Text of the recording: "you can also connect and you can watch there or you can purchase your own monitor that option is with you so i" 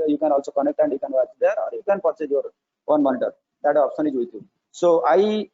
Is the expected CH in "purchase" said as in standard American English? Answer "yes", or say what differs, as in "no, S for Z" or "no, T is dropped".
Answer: no, S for CH